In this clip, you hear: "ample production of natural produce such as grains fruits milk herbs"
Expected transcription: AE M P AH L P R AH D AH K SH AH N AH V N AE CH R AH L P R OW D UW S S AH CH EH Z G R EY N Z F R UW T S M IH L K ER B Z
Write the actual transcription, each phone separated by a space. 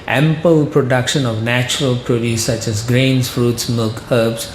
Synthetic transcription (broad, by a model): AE M P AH L P R AH D AH K SH AH N AH V N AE CH R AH L P R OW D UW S S AH CH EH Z G R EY N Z F R UW T S M IH L K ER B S